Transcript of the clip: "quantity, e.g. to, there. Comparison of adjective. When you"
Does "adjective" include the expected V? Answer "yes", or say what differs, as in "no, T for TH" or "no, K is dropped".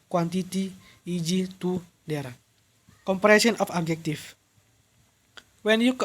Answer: no, F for V